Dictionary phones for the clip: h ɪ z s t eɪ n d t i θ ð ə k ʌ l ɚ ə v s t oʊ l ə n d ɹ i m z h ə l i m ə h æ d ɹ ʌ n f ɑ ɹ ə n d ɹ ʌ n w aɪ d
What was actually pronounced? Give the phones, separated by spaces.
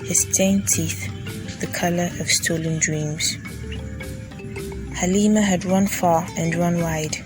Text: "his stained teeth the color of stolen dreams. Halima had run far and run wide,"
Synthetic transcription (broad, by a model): h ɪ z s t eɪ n t i θ ð ə k ʌ l ɚ ə v s t oʊ l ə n d ɹ i m z h ə l i m ə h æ d ɹ ʌ n f ɑ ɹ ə n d ɹ ʌ n w aɪ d